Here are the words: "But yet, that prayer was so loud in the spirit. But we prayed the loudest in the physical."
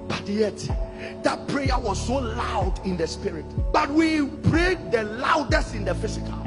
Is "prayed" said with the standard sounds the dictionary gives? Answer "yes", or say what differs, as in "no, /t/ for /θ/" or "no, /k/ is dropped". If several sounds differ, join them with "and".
no, /b/ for /p/